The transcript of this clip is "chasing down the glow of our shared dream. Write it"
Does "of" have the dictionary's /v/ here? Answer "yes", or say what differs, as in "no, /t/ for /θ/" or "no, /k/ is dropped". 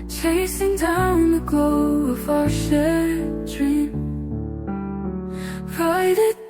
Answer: no, /f/ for /v/